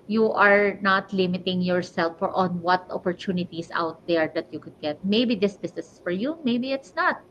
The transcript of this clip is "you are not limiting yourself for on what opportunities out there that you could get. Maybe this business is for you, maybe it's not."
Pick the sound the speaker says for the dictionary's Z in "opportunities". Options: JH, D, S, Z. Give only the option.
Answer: S